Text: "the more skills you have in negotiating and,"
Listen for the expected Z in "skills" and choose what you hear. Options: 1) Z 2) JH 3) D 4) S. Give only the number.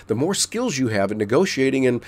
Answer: 1